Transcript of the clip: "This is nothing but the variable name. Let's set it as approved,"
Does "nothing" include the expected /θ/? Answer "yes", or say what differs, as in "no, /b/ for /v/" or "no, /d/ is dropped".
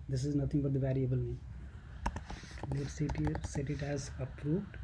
no, /t/ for /θ/